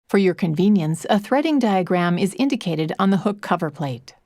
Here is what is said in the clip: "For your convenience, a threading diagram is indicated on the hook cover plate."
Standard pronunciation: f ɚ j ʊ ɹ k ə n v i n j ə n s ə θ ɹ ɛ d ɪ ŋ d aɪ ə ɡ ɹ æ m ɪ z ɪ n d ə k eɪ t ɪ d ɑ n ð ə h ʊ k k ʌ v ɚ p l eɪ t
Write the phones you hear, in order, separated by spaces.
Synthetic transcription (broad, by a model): f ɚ j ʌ ɹ k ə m v i n j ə n s ə θ ɹ ɛ d ɪ ŋ d aɪ ə ɡ ɹ æ m ɪ z ɪ n d ə k eɪ t ɪ d n ð ə h ʊ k k ʌ v ɚ p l eɪ t